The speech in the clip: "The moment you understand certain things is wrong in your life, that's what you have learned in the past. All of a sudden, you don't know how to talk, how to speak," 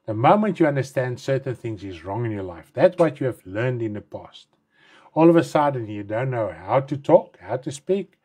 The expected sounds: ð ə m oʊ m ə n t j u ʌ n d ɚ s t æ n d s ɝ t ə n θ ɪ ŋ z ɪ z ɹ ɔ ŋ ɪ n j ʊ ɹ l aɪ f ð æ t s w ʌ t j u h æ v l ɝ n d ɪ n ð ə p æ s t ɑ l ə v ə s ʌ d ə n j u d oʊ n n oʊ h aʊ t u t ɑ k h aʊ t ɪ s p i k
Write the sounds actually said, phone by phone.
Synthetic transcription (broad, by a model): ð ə m oʊ m ə n t j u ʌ n d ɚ s t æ n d s ɝ t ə n θ ɪ ŋ z ɪ z ɹ ɔ ŋ ɪ n j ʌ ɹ l aɪ f ð æ t s w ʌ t j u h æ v l ɝ n d ɪ n ð ə p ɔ s t ɑ l ə v ə s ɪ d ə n j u d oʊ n n oʊ h aʊ t u t ɑ k h aʊ t ɪ s p i k